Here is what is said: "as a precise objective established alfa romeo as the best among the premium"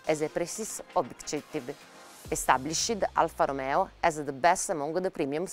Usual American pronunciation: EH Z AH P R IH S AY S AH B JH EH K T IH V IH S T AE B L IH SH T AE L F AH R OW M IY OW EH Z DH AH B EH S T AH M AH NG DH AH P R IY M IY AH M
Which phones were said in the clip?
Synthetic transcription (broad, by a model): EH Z AH P R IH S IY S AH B IY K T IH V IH S T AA B L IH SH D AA L F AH R OW M IY OW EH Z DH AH B EH S T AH M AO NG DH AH P R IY M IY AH M